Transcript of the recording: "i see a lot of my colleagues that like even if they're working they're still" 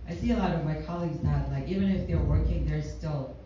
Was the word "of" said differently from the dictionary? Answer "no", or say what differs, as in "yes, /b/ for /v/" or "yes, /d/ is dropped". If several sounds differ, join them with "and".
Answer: no